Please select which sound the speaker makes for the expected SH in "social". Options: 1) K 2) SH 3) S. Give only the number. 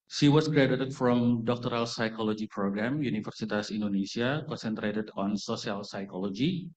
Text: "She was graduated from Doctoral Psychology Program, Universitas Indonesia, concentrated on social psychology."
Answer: 3